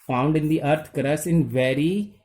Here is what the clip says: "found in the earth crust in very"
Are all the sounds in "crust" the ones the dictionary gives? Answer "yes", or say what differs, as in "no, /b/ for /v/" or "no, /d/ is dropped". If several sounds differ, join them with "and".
no, /t/ is dropped